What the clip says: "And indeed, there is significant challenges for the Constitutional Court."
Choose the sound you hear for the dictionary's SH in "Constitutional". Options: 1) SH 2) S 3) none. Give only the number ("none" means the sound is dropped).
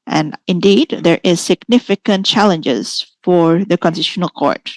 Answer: 3